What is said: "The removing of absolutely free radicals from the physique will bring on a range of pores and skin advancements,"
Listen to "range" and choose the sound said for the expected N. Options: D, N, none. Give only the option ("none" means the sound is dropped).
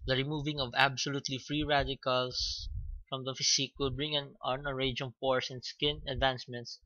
none